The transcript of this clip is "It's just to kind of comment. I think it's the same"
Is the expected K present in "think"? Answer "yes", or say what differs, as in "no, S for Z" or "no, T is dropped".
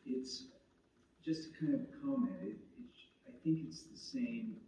yes